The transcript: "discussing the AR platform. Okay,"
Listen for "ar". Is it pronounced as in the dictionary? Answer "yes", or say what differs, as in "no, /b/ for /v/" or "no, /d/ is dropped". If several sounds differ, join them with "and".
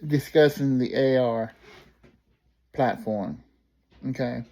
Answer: yes